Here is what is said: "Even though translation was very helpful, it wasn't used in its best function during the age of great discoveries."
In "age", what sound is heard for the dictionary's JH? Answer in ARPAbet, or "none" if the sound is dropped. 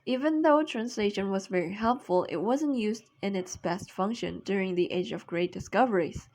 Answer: JH